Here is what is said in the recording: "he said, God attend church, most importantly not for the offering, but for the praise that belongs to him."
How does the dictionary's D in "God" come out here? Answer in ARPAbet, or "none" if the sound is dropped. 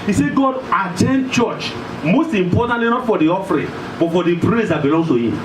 D